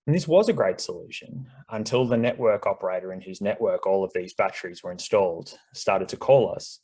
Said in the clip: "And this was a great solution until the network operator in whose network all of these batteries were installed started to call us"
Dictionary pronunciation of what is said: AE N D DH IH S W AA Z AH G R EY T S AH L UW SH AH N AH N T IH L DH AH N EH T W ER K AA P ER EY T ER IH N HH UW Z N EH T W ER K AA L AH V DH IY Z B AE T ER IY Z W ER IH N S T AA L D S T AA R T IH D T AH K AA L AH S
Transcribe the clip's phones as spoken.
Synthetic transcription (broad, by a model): N DH IH S W AA Z AH G R EY T S AH L UW SH AH N AH N T IH L DH AH N EH T W ER K AA P ER EY T ER IH N HH UW Z N EH T W ER K AA L AH V DH IY Z B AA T ER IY Z W ER IH N S T AA L D S T AA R T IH D T AH K AA L AH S